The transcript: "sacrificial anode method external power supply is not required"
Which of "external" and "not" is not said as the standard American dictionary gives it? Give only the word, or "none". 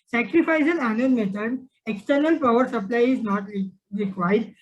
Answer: none